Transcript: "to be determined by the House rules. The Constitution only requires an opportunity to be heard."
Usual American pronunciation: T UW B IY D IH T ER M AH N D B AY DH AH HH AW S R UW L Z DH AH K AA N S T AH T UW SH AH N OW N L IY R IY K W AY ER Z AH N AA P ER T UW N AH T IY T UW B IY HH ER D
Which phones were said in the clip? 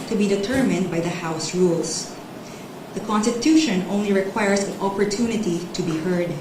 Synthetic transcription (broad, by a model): T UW B IY D IH T ER M AH N D B AY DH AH HH AW S R UW L S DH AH K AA N S T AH T UW SH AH N OW N L IY R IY K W AY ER S AH N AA P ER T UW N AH T IY T UW B IY HH ER D